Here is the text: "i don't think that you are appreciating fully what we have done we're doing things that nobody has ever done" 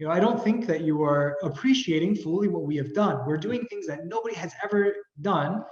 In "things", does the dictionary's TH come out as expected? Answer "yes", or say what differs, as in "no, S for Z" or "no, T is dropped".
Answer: yes